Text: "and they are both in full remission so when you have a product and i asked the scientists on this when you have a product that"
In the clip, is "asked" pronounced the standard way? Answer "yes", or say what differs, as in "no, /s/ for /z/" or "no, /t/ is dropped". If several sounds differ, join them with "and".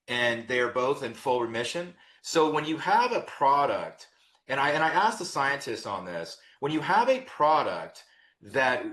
yes